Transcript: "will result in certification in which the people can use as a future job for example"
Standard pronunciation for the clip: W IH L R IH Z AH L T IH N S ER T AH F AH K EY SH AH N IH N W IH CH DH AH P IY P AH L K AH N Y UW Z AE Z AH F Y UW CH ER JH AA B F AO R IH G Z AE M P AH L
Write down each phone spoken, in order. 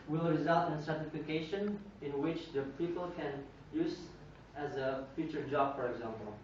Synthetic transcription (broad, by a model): W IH L R IH Z AH L T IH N S ER T AH F AH K EY SH AH N IH N W IH CH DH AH P IY P AH L K AH N Y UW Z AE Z AH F Y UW CH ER JH AA B F AO R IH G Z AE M P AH L